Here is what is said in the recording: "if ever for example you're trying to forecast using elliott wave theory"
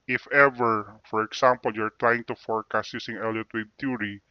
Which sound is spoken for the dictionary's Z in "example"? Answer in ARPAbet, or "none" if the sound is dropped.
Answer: S